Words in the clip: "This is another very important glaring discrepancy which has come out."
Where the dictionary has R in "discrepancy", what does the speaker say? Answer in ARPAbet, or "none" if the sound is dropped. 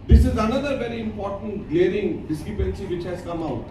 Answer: none